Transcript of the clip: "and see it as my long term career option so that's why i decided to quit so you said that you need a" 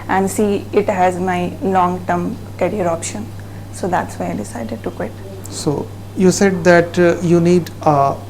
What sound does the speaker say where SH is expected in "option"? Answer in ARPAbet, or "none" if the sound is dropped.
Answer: SH